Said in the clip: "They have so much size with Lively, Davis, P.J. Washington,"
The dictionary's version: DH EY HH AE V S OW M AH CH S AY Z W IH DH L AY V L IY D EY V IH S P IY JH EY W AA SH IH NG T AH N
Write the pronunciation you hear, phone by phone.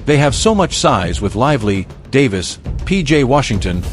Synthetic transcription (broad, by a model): DH EY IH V S OW M AH CH S AY Z W IH DH L AY V L IY D EY V IH S P IY JH EY W AA SH IH NG T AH N